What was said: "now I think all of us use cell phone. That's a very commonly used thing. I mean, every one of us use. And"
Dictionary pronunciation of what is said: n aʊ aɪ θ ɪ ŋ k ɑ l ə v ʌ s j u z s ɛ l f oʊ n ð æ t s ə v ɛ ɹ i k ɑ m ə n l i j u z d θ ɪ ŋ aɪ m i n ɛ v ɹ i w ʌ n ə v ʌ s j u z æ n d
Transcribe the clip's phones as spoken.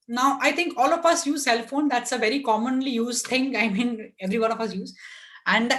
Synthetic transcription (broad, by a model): n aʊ aɪ t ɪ ŋ k ɑ l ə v ʌ s j u z s ɛ l f oʊ n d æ t s ə v ɛ ɹ i k ɑ m ə n l i j u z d t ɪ ŋ aɪ m i n ɛ v ɹ i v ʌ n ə f ʌ s j u z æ n d